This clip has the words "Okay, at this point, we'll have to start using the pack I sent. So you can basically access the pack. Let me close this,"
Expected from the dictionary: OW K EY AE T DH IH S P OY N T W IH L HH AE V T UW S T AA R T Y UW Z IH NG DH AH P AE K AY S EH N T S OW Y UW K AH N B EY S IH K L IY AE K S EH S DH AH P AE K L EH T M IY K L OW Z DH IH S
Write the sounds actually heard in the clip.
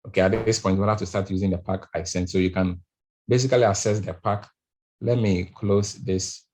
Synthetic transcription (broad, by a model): OW K EY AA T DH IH S P OY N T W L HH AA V T UW S T AA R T Y UW Z IH NG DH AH P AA K AY S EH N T S OW Y UW K AH N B EY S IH K L IY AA S EH S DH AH P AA K L EH T M IY K L OW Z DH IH S